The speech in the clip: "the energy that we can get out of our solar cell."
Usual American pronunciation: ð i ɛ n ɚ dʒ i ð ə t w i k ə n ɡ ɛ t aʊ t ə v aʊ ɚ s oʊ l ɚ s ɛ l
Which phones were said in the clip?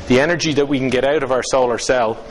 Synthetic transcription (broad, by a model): ð i ɛ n ɚ dʒ i ð ə t w i k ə n ɡ ɛ t aʊ t ə v aʊ ɚ s oʊ l ɚ s ɛ l